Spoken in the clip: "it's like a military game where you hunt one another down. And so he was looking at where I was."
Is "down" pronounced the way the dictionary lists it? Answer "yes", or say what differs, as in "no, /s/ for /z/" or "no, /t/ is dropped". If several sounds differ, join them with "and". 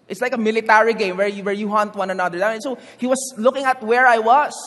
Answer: no, /n/ is dropped